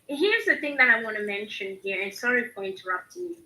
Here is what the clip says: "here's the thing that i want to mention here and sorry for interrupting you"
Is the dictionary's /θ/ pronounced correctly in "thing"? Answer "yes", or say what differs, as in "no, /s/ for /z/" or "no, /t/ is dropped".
yes